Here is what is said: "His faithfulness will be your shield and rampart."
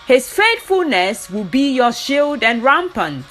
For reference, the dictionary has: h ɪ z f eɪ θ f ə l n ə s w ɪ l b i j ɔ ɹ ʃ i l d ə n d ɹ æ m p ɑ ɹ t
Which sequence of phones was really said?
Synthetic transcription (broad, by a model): h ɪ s f eɪ t f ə l n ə s w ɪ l b i j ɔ ʃ i l d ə n ɹ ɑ m p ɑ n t